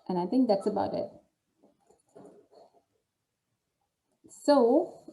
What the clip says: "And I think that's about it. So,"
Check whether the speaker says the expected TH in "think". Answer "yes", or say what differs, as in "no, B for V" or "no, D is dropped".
yes